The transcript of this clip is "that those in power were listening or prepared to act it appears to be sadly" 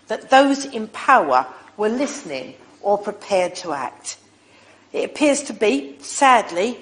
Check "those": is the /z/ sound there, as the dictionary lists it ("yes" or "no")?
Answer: yes